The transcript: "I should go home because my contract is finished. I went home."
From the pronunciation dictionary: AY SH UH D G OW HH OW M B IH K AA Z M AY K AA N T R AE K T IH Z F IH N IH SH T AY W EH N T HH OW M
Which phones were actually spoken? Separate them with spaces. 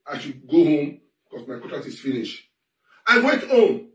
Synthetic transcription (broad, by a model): AY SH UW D G OW HH OW M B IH K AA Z M AY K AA T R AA T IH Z F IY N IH SH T AY W EH N T HH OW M